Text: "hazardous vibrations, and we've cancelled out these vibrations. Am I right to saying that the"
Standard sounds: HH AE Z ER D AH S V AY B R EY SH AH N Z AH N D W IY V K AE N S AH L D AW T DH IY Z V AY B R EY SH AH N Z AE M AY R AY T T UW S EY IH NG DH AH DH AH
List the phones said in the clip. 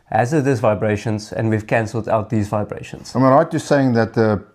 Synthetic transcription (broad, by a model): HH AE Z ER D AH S V AY B R EY SH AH N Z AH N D W IY V K AE N S AH L D AW T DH IY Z V AY B R EY SH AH N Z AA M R AY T T UW S EY IH NG DH AH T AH